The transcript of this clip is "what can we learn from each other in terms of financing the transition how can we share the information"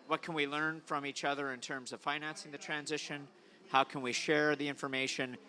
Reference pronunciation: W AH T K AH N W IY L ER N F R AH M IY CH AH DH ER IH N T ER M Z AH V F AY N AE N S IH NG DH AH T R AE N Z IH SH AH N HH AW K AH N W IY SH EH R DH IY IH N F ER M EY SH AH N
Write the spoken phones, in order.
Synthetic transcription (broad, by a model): W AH T K AH N W IY L ER N F R AH M IY CH AH DH ER IH N T ER M Z AH V F AY N AE N S IH NG DH AH T R AE N Z IH SH AH N HH AW K AH N W IY SH EH R DH IY IH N F ER M EY SH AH N